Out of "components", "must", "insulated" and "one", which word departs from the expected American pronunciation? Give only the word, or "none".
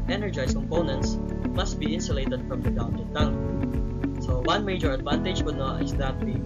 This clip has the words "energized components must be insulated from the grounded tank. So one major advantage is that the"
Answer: none